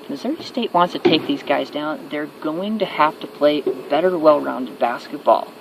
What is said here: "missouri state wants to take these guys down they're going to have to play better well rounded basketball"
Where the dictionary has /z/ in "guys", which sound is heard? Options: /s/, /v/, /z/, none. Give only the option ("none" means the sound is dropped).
/z/